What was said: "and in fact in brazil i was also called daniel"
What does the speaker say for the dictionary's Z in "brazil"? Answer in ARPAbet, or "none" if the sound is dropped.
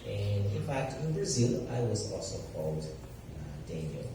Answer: Z